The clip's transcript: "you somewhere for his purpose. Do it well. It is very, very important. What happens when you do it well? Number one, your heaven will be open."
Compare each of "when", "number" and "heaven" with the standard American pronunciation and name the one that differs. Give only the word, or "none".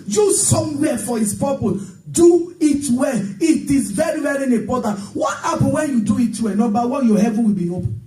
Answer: number